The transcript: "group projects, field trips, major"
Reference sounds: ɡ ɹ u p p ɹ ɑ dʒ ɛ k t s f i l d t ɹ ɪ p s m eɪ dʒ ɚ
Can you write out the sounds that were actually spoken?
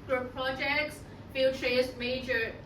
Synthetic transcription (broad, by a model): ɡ ɹ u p p ɹ ɑ dʒ ɛ k t s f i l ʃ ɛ s m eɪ dʒ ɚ